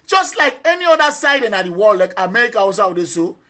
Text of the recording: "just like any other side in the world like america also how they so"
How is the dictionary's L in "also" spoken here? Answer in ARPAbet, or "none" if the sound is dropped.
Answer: none